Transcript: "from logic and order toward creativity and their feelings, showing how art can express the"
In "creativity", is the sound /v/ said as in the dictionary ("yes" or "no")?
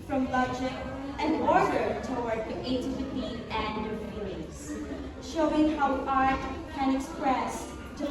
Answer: no